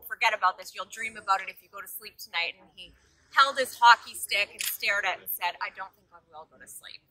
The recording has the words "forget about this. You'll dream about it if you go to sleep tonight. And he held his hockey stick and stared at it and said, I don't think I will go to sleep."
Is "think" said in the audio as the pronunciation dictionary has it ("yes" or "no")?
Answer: yes